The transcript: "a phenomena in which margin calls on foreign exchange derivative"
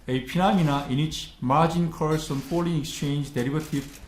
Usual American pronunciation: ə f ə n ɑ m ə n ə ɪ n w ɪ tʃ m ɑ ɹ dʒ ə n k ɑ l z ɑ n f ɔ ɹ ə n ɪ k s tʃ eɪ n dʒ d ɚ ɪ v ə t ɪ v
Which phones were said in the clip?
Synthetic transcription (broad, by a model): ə p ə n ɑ m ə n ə ɪ n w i tʃ m ɑ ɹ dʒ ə n k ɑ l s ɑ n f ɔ l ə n ɪ k s tʃ eɪ n dʒ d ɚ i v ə t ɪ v